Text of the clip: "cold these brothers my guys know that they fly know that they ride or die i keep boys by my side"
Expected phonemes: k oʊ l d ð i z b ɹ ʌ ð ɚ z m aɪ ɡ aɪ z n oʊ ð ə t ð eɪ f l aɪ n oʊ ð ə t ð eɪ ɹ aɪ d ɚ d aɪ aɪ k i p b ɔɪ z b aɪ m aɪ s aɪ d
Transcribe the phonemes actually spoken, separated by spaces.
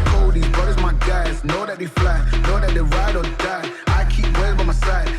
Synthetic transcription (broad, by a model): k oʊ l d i b ʌ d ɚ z m aɪ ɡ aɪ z n oʊ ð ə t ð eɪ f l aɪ n oʊ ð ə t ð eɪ ɹ aɪ d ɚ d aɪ aɪ k i p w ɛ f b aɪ m aɪ s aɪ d